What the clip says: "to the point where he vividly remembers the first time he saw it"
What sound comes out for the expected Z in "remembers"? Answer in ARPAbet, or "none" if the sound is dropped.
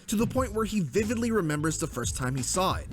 Z